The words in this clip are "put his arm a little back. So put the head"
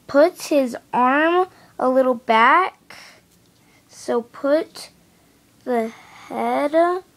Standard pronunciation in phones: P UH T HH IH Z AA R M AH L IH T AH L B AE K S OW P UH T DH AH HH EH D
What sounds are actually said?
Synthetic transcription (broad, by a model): P UH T HH IH Z AA R M AH L IH T L B AE K S OW P UH T DH AH HH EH D